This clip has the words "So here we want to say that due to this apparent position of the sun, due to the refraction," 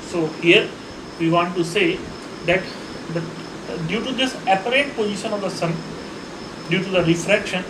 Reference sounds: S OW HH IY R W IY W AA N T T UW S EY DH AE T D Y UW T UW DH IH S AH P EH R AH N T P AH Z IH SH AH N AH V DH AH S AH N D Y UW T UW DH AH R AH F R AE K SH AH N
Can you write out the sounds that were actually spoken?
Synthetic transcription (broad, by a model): S OW HH IY R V IY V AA N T T UW S EY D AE T D Y UW T UW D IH S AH P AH R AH T P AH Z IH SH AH N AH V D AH S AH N D Y UW T UW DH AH R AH F R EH K SH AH N